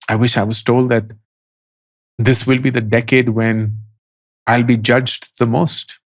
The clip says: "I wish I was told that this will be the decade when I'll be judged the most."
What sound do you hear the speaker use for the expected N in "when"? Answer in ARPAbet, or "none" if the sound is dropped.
N